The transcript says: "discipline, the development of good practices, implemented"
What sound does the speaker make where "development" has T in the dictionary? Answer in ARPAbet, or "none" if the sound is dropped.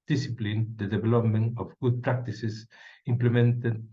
none